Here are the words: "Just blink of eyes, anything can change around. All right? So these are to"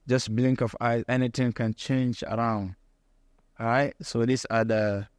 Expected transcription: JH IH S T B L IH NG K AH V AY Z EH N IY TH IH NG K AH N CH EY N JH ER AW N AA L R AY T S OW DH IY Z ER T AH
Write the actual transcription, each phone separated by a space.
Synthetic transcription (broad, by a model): JH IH S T B L IH NG K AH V AY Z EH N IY T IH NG K AH N CH EY N JH ER AW N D R AY T S OW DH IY S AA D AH